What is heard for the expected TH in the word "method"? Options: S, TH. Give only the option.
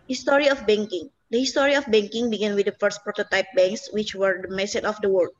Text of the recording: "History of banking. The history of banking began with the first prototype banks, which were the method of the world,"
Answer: S